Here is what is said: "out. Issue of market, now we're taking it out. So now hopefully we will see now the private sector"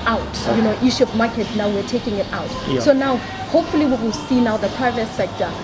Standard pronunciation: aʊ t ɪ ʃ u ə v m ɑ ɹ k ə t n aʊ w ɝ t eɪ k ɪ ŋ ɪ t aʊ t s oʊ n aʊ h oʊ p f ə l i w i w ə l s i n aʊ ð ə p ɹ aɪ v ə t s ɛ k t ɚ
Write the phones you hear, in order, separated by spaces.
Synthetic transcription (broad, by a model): aʊ t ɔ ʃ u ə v m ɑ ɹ k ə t n aʊ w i t eɪ k ɪ ŋ ɪ t aʊ t s oʊ n aʊ h oʊ p f ə l i w i w ə l s i n aʊ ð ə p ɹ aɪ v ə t s ɛ k t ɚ